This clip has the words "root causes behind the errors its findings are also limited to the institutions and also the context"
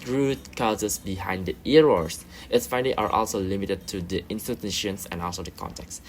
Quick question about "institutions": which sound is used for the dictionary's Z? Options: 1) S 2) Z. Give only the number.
1